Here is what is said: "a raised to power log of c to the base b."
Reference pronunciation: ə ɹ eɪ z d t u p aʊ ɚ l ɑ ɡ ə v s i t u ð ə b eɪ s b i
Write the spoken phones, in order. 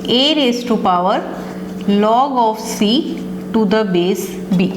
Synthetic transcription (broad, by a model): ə ɹ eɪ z t u p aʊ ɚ l ɑ ɡ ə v s i t u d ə b eɪ s b i